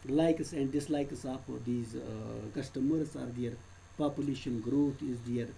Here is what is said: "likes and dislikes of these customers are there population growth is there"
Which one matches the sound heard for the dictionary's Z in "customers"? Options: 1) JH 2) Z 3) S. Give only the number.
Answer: 3